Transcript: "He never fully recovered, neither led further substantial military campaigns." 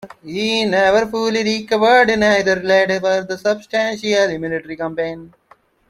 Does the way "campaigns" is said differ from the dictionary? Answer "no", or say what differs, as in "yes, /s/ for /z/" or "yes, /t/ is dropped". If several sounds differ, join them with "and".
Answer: yes, /z/ is dropped